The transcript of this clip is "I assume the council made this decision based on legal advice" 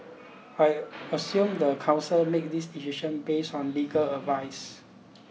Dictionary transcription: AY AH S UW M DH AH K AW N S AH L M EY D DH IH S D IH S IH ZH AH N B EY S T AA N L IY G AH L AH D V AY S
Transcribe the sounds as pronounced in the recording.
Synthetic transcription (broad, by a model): AY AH S UW M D AH K AW N S AH L M EY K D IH S D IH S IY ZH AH N B EY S AA N L IY G AH L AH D V AY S